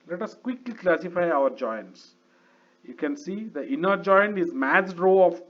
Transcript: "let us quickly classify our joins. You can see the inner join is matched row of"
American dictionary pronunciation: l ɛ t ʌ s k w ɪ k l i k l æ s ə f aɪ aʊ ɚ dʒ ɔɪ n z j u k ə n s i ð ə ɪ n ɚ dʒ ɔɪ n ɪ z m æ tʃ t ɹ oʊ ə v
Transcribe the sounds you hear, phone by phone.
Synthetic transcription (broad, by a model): l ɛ t ʌ s k w ɪ k l i k l æ s ə f aɪ aʊ ɚ dʒ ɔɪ n s j u k ə n s i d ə ɪ n ɚ dʒ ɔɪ n ɪ z m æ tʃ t ɹ oʊ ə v